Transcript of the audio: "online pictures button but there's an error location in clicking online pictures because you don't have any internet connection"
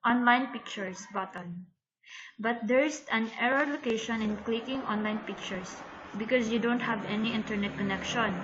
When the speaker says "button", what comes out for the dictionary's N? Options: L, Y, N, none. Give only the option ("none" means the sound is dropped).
L